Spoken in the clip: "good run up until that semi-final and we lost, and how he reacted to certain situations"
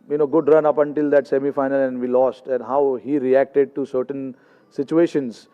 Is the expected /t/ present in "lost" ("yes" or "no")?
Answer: yes